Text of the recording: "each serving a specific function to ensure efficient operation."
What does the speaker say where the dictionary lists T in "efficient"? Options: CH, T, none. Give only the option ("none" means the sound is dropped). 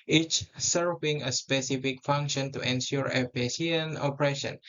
none